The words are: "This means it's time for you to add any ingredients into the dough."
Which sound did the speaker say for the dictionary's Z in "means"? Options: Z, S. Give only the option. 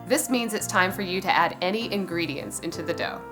Z